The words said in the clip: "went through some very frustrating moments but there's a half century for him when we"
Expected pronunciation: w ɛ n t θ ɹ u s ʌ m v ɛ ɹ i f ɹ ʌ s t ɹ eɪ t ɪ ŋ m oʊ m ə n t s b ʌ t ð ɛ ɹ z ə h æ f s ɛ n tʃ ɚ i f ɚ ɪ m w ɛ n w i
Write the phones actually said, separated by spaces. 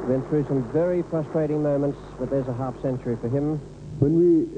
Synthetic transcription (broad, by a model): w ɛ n θ ɹ u s ʌ m v ɛ ɹ i p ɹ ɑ s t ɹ eɪ t ɪ ŋ m oʊ m ə n t s b ʌ t ð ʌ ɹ z ə h æ f s ɛ n tʃ ɚ i f ɚ ɪ m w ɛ n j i